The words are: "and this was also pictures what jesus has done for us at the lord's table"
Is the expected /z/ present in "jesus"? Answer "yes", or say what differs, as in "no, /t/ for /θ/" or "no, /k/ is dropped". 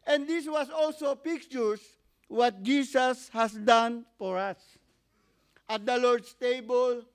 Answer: no, /s/ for /z/